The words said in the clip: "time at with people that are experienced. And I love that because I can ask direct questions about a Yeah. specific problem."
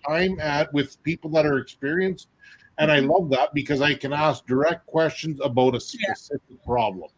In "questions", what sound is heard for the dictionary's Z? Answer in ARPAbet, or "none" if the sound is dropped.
Z